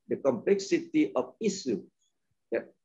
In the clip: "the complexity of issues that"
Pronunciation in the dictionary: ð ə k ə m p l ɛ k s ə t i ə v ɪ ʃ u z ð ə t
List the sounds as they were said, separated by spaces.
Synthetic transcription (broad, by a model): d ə k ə m p l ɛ k s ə t i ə f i s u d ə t